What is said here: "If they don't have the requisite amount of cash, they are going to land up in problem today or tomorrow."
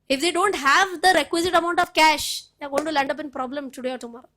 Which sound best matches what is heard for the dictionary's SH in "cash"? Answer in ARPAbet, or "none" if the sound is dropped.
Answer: SH